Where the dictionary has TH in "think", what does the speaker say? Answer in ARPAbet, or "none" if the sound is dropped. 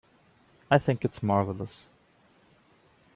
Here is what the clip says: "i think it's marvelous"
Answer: TH